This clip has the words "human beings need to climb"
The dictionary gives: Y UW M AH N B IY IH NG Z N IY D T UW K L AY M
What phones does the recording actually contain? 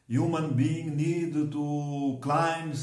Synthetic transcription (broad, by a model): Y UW M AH N B IY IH NG N IY D T UW K L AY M